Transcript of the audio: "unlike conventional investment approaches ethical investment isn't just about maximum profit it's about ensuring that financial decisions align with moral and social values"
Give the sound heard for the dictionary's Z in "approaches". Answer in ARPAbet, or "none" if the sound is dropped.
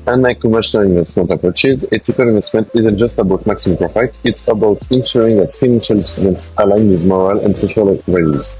Z